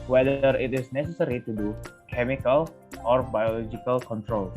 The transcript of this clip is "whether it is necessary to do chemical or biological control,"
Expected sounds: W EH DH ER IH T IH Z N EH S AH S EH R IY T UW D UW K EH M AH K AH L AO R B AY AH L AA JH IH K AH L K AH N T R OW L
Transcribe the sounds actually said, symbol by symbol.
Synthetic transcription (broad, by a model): W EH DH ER IH T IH S N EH S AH S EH R IY T UW D UW K EH M AH K AH L AO R B AY AH L AA JH IH K AH L K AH N T R OW L